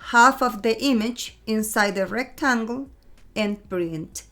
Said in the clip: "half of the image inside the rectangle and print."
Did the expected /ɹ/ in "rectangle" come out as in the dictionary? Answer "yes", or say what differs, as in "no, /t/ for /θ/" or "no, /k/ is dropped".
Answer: yes